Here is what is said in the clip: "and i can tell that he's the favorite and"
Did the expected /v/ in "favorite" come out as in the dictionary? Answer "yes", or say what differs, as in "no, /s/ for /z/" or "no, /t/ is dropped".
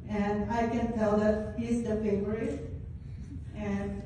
no, /v/ is dropped